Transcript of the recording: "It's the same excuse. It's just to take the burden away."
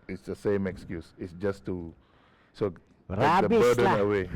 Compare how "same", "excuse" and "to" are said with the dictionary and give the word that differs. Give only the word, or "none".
to